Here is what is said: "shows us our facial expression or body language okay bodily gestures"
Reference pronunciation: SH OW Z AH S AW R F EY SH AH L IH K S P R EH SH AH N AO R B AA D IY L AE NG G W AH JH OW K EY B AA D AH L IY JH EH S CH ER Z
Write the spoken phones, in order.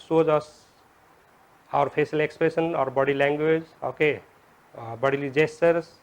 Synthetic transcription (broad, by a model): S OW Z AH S AW R P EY S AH L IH K S P R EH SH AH N AO R B AA D IY L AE NG G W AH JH OW K EY B AA D AH L IY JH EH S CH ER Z